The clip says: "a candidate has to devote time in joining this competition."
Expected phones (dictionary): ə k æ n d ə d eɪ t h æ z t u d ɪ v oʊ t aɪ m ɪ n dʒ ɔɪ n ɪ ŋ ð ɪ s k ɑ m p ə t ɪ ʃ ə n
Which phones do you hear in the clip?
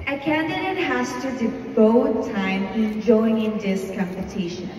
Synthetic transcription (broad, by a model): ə k æ n d ə d eɪ t h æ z t u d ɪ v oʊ t aɪ m ɪ n dʒ ɔɪ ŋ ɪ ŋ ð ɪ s k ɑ m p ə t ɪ ʃ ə n